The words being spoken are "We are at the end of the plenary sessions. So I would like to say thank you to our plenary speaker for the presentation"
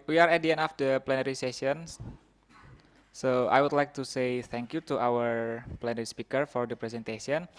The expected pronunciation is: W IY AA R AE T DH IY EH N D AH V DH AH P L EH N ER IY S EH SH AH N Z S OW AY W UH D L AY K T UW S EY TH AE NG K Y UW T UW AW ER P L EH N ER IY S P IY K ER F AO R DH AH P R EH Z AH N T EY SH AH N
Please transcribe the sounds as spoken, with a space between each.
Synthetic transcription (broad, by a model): W IY AA R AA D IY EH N AH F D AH P L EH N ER IY S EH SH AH N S S OW AY W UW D L AY K T UW S EY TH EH NG K Y UW T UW AW ER P L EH N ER IY S P IY K ER F AO R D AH P R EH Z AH N T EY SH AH N